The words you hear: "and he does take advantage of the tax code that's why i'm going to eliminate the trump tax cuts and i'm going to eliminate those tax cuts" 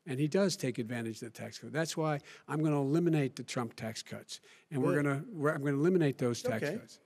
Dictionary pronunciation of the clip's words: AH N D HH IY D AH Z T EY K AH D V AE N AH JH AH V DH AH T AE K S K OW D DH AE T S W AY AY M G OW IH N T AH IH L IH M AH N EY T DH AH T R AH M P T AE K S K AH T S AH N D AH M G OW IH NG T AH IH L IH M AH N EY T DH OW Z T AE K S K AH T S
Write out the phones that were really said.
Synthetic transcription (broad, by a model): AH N IY D AH Z T EY K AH D V AE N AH JH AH DH AH T AE K S K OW DH AE T S W AY AY M G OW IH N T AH L IH M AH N EY T DH AH T R AH M P T AE K S K AH T S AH N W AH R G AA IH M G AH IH L IH M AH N EY T DH OW Z T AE K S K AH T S